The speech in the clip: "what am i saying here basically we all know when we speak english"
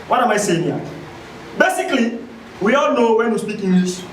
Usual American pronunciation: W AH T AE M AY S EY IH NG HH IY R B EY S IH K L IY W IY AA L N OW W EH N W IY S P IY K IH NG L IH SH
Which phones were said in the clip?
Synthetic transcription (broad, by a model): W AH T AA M AY S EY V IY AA B EY S IH K L IY W IY AA L N OW W EH N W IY S P IY K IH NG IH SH